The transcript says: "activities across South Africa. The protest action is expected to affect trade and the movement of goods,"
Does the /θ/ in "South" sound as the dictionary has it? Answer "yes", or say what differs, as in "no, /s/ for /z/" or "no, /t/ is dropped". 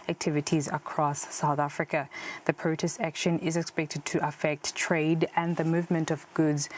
yes